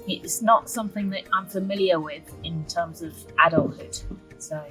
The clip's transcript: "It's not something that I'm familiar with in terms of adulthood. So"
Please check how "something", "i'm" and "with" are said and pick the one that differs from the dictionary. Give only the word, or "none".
none